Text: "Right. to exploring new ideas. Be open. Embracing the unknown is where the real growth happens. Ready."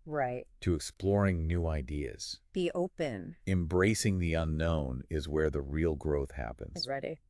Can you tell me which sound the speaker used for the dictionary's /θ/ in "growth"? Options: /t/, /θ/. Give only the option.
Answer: /θ/